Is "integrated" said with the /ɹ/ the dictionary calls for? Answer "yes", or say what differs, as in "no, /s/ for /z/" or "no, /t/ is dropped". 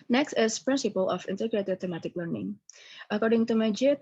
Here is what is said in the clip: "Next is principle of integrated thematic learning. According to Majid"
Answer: yes